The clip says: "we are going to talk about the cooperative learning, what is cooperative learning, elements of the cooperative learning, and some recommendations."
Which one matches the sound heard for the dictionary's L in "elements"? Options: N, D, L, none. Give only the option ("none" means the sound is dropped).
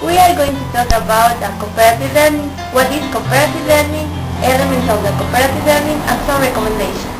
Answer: none